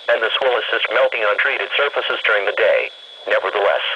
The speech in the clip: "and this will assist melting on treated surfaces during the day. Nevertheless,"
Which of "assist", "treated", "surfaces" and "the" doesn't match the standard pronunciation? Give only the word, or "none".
none